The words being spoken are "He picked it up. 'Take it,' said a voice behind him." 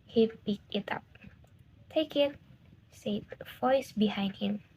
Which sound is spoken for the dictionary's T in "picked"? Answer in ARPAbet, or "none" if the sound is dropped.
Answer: none